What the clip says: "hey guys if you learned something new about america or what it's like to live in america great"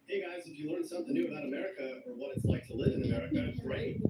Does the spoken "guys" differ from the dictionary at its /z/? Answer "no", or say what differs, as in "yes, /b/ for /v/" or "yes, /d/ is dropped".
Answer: no